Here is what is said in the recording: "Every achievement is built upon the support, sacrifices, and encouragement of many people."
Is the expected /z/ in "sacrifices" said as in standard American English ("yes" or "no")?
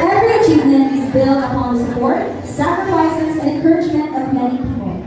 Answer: yes